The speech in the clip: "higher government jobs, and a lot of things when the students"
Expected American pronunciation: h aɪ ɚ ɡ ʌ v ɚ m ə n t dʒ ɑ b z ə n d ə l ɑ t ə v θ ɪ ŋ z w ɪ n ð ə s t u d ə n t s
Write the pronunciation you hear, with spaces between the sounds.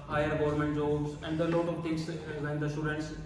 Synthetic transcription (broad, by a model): h aɪ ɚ ɡ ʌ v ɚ m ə n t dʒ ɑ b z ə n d ə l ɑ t ə v t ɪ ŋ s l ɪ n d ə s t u d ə n t s